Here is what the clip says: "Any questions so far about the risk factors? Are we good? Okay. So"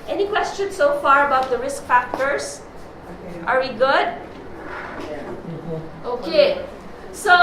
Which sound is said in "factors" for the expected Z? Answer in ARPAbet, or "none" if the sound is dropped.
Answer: S